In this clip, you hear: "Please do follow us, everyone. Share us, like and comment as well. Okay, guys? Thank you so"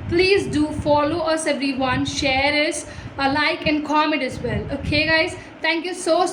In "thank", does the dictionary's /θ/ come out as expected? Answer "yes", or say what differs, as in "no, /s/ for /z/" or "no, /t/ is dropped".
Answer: no, /t/ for /θ/